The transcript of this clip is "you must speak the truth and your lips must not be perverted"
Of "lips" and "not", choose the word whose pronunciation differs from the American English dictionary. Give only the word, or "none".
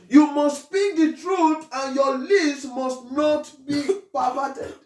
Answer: lips